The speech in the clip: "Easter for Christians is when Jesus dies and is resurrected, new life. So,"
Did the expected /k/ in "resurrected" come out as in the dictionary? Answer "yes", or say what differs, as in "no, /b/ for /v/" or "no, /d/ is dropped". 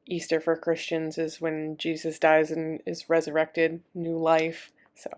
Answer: yes